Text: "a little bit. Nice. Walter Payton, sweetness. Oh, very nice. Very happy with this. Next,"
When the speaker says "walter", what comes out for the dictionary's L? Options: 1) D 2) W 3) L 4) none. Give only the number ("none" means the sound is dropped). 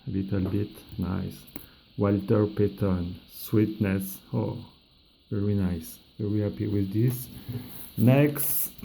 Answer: 3